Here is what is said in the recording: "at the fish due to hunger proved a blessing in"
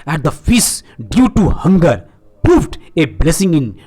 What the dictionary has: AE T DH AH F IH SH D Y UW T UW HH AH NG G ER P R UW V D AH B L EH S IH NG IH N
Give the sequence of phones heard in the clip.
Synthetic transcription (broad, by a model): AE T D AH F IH S D Y UW T UW HH AH NG G ER P R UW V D AH B L EH S IH NG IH N